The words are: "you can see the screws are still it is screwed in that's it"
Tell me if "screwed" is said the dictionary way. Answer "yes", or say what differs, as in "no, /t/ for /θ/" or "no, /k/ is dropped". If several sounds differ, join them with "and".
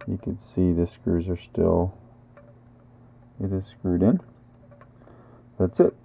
yes